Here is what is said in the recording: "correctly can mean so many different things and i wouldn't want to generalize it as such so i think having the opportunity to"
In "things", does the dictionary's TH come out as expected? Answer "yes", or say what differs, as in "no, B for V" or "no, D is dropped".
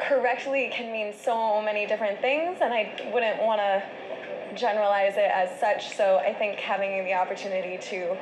yes